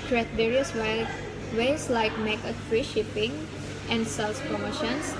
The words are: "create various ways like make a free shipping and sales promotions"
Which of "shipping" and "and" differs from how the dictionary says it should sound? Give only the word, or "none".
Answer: none